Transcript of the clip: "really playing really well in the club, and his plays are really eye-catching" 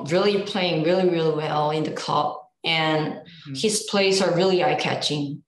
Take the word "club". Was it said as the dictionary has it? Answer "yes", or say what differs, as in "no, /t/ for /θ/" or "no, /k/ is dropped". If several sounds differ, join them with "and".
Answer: no, /l/ is dropped